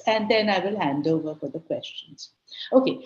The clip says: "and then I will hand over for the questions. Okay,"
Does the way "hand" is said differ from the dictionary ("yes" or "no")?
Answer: no